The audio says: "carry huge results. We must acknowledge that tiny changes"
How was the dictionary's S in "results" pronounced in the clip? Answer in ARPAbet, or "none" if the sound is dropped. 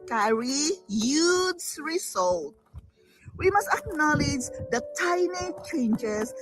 none